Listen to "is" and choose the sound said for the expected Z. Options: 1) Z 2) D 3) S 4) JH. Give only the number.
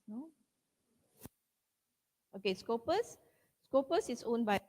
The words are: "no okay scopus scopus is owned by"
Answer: 3